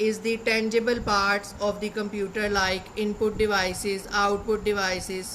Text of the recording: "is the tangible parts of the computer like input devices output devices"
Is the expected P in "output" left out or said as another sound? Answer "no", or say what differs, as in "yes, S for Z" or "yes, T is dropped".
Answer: no